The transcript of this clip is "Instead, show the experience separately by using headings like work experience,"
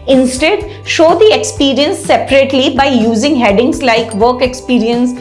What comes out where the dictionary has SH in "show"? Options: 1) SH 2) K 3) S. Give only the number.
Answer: 1